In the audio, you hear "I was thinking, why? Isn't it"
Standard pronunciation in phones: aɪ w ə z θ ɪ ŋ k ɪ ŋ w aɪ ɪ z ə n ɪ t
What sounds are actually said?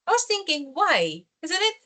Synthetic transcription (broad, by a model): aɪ w ə z θ ɪ ŋ k ɪ ŋ w aɪ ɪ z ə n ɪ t